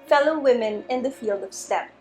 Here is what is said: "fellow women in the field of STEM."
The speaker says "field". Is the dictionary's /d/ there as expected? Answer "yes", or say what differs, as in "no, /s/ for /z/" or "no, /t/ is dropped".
yes